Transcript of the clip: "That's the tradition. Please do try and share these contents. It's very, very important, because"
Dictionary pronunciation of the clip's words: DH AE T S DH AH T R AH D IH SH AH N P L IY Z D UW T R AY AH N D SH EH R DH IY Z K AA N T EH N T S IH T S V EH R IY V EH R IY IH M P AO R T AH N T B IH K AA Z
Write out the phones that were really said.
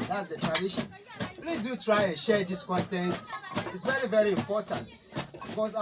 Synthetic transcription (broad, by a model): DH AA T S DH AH T R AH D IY SH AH N P L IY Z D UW T R AY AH N SH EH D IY S K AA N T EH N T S IH T S V EH R IY V EH R IY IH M P AO T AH N T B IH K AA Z